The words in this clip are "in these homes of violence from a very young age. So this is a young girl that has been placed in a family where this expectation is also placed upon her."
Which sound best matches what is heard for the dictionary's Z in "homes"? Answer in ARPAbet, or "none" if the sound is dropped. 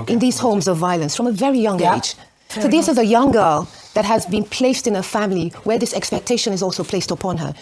Z